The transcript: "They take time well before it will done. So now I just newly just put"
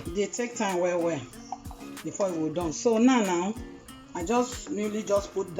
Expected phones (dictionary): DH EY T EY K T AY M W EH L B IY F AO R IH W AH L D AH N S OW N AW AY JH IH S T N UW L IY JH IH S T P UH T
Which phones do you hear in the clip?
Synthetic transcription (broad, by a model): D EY T EY K T AY M W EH W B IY F AO IH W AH D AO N S OW N AW AY JH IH S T N UW L IY JH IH S P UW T